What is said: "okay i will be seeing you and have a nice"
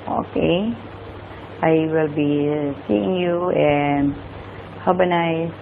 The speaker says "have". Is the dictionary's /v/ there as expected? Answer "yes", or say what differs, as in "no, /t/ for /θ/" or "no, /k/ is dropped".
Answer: no, /b/ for /v/